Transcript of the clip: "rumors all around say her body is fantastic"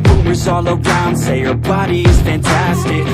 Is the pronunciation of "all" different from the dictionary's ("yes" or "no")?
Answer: no